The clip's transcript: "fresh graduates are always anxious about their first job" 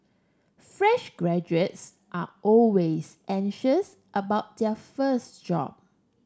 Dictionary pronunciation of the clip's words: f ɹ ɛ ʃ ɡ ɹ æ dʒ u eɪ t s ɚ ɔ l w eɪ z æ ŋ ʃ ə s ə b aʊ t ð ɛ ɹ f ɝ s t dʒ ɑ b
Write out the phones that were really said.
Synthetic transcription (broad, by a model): f ɹ ɛ ʃ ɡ ɹ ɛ dʒ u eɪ t s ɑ ɔ l w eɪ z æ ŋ ʃ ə s ə b aʊ t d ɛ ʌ f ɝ s t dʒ ɑ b